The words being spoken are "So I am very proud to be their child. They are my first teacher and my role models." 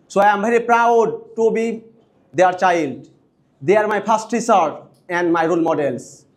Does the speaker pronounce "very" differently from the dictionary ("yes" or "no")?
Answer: yes